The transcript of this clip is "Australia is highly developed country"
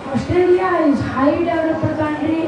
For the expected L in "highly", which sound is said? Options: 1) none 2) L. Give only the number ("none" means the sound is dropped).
1